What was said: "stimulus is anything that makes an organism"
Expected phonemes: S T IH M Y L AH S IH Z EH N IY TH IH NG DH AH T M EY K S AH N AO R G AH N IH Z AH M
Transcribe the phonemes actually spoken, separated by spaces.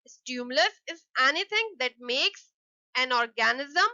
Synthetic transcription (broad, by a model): S T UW M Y L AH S IH Z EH N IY T IH NG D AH T M EY K S AH N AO R G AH N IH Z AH M